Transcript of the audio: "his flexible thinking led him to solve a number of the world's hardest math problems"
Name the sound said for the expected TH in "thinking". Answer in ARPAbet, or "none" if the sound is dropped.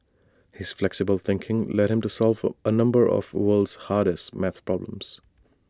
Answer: TH